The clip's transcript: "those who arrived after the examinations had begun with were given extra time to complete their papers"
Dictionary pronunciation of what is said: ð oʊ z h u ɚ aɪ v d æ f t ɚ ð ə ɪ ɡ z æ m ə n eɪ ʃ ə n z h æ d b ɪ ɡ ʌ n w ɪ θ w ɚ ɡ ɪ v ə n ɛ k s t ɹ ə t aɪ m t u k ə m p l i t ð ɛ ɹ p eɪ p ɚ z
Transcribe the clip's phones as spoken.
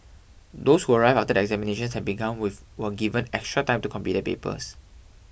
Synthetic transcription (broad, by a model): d oʊ s h u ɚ aɪ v ɑ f t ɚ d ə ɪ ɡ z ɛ m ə n eɪ ʃ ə n s h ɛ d b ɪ ɡ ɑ n w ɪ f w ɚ ɡ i v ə n ɛ k s t ɹ ə t aɪ m t u k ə m p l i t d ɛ p eɪ p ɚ s